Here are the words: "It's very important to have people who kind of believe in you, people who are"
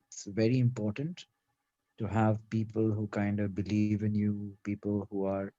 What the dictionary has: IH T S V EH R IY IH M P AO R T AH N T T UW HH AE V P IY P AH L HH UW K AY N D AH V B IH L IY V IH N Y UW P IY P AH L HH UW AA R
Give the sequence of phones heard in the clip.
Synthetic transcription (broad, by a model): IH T S V EH R IY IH M P AO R T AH N T T UW HH AE V P IY P AH L HH UW K AY N D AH B IH L IY V IH N Y UW P IY P AH L HH UW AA R